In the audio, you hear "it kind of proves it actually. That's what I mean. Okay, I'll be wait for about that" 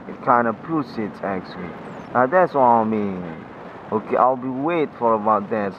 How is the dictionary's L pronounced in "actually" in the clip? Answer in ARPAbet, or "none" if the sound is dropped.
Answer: N